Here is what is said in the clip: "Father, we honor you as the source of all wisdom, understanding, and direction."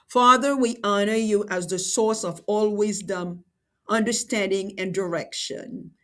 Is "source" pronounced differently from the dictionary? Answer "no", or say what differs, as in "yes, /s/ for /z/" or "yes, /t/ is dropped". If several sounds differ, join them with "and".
no